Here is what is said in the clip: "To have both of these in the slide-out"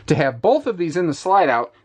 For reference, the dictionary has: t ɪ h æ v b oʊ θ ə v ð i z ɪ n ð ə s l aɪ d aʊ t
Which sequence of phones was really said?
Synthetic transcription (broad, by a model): t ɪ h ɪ v b oʊ θ ə v ð i z ɪ n ð ə s l aɪ d aʊ t